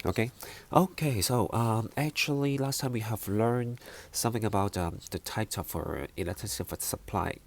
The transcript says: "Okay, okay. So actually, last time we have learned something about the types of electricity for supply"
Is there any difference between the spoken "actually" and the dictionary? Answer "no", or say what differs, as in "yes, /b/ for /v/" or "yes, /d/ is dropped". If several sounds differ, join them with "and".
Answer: no